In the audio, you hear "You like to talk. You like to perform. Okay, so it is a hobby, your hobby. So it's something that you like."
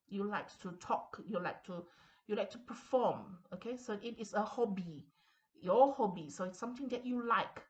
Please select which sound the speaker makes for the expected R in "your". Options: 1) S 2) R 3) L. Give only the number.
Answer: 3